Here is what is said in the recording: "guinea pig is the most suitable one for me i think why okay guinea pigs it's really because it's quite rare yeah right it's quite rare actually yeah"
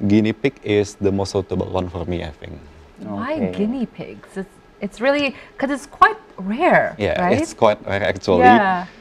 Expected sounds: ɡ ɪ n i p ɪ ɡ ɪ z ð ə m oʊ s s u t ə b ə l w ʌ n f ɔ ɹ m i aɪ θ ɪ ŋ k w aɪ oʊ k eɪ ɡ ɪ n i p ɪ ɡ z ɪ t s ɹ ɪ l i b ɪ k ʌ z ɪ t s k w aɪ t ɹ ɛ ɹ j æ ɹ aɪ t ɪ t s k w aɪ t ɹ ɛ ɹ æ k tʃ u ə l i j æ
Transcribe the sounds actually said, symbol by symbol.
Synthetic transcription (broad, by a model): ɡ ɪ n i p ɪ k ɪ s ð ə m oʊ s s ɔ t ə b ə l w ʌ n f ɔ ɹ m i aɪ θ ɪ ŋ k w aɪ ɡ ɪ n i p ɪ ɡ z ɪ t s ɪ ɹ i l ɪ k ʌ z ɪ t s k w aɪ t ɹ ɛ ɹ j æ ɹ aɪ ɪ t s k w aɪ t ɹ ɛ ɹ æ k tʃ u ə l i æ